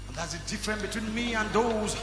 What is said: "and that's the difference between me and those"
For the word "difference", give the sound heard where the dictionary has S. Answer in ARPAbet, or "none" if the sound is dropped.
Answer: none